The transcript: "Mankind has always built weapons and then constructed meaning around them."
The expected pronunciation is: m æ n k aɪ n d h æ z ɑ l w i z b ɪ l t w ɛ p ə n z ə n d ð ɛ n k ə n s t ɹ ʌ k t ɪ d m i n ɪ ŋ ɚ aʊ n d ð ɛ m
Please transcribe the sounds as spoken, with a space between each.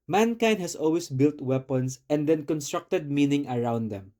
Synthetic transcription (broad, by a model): m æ n k aɪ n d h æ s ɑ l w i s b ɪ l t w ɛ p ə n s ə n d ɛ n k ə n s t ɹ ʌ k t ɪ d m i n ɪ ŋ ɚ aʊ n d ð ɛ m